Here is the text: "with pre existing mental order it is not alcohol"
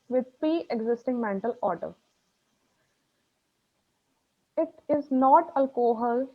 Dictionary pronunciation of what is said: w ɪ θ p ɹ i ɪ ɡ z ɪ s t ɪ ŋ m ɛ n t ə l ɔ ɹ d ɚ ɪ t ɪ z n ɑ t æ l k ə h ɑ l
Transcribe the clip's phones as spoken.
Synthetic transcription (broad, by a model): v ɪ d p i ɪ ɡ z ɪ s t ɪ ŋ m ɛ n t ə l ɔ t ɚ ɪ t ɪ z n ɑ t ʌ l k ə h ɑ l